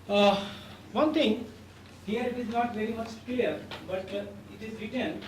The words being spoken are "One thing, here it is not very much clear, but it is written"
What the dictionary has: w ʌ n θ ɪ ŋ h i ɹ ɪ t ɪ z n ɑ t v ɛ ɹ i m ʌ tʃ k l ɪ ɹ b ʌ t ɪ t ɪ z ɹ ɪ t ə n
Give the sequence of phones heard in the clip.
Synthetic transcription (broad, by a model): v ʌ n t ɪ ŋ h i ɹ ɪ t ɪ z n ɑ t v ɛ ɹ i m ʌ tʃ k l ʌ ɹ b ʌ t ɪ t ɪ z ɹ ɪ t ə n